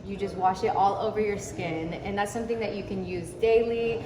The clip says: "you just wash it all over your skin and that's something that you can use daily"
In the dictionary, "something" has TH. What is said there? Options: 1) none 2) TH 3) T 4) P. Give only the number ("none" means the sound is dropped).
2